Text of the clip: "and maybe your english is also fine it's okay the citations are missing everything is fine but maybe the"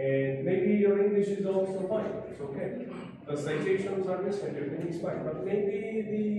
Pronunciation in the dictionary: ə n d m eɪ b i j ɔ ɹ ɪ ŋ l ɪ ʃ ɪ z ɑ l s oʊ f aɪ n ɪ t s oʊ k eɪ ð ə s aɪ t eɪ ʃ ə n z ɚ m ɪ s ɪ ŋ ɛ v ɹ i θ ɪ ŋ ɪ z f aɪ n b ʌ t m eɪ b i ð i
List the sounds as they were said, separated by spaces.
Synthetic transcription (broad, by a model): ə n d m eɪ b i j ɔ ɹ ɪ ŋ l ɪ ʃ ɪ z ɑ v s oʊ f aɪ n ɪ t s oʊ k eɪ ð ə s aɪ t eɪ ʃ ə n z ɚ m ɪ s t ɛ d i f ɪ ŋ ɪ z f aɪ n b ʌ t m eɪ b i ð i